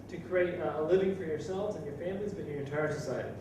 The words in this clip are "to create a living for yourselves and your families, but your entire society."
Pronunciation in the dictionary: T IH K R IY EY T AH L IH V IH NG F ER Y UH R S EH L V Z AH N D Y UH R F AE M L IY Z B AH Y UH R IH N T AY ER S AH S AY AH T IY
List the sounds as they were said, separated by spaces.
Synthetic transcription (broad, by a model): T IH K R IY EY T AH L IH V IH NG F ER Y UH R S EH L V Z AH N Y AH R F AE M L IY Z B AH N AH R IH N T AY ER S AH S AY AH T IY